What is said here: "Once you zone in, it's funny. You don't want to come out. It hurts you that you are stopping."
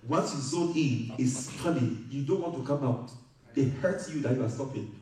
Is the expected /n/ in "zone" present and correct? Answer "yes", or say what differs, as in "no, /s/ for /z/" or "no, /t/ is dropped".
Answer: no, /n/ is dropped